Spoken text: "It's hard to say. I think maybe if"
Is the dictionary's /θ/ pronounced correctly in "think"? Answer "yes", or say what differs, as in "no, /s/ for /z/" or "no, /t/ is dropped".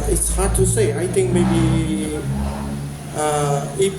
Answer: no, /t/ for /θ/